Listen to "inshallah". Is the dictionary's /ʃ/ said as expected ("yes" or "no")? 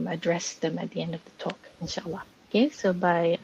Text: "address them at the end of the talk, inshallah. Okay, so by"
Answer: yes